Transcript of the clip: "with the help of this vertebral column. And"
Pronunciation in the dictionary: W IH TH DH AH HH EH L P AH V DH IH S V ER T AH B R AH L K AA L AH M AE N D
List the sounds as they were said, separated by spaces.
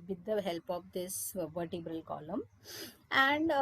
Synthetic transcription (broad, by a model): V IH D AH HH EH L P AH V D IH S V ER T AH B R AH L K AA L AH M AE N D